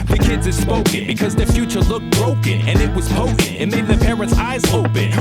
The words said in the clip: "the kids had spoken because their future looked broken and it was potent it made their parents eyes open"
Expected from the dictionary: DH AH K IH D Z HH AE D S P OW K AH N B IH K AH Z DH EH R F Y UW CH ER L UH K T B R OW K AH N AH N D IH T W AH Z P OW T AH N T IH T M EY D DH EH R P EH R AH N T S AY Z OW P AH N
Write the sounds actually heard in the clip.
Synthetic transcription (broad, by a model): DH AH K IH D Z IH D S P OW K AH N B IH K AH Z DH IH R F Y UW CH ER L UH K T B R OW K AH N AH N IH T W AH Z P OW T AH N IH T M EY D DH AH R P EH R AH N T S AY Z OW P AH N